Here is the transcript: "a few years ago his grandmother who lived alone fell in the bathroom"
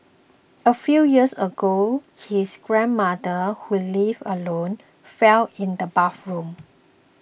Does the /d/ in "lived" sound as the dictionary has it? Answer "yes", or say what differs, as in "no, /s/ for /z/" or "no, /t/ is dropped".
no, /d/ is dropped